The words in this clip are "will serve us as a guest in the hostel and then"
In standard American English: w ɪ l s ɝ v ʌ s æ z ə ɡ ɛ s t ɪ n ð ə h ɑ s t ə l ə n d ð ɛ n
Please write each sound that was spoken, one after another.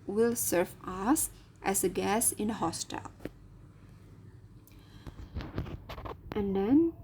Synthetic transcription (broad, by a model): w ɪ l s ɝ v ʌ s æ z ə ɡ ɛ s ɪ n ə h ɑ s t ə l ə n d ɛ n